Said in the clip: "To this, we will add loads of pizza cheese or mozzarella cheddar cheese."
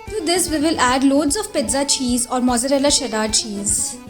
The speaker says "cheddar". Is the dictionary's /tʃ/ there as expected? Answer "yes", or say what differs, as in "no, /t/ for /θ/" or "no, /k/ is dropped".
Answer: no, /ʃ/ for /tʃ/